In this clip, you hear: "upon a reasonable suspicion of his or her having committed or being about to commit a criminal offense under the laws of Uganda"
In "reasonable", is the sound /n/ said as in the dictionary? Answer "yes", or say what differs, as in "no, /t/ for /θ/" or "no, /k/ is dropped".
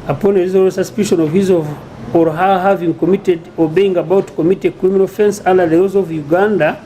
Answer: no, /n/ is dropped